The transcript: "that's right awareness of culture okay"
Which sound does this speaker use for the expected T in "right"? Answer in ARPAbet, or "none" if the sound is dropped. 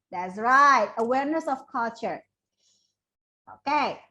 T